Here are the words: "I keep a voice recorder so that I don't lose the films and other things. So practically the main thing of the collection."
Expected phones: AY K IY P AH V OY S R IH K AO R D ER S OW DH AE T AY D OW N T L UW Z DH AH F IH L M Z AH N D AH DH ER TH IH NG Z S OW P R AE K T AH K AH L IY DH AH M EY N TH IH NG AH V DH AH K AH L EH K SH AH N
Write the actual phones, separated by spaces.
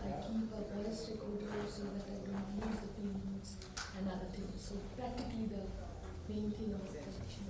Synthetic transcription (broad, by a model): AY K IY P AH B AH S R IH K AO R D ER S OW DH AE T AY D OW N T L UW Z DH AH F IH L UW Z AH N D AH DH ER T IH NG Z S OW P R AE K T AH K AH L IY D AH M EY N T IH NG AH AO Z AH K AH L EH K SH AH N